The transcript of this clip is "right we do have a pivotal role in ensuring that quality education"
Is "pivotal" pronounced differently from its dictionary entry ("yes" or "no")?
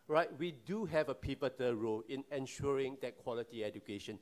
yes